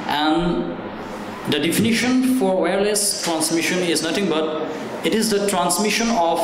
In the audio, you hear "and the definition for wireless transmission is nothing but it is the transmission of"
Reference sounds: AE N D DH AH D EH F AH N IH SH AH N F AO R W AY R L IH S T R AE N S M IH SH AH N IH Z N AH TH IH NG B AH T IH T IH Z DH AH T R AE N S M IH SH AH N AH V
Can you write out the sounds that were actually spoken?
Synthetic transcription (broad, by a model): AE N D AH D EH F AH N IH SH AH N F AO R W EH R L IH S T R AE N S M IH SH AH N IH Z N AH T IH NG B AH T IH T IH Z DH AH T R AE N S M IH SH AH N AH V